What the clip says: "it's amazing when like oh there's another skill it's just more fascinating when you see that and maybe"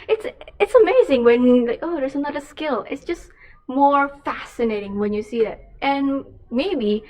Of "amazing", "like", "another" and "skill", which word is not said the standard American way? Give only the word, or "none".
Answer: none